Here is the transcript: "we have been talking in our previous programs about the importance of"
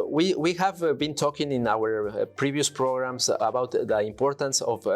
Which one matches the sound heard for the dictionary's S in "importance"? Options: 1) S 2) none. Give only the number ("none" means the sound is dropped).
1